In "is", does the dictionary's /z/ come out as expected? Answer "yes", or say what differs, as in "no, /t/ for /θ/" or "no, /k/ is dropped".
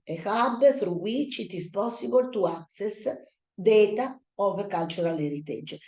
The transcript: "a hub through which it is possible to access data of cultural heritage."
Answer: no, /s/ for /z/